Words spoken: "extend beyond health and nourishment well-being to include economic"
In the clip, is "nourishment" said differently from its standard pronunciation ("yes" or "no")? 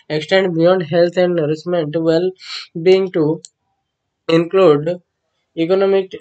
yes